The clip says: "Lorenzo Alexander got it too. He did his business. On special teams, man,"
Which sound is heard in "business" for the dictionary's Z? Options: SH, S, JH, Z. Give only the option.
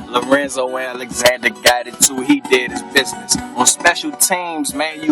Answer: Z